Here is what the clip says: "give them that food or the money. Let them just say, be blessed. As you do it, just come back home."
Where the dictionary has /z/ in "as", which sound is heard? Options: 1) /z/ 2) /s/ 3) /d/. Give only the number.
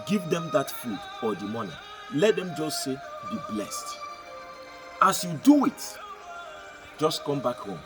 2